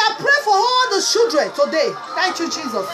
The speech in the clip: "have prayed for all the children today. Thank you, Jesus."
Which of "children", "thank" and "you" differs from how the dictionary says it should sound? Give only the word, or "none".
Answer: children